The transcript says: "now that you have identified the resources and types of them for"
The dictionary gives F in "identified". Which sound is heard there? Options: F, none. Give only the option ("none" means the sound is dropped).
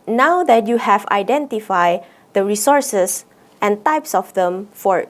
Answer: F